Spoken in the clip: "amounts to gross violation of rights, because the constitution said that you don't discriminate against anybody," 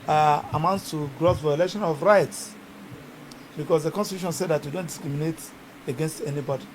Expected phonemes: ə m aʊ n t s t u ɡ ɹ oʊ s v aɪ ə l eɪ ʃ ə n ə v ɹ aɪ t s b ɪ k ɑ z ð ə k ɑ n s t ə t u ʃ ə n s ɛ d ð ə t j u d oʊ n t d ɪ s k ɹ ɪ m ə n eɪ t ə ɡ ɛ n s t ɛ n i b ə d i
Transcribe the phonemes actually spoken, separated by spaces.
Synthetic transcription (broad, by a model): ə m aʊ n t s t u ɡ ɹ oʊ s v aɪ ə l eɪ ʃ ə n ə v ɹ aɪ t s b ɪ k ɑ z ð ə k ɑ n s t ə t u ʃ ə n s ɛ d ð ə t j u d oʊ n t d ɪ s k ɹ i m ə n eɪ t ə ɡ ɛ n s t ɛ n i b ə d i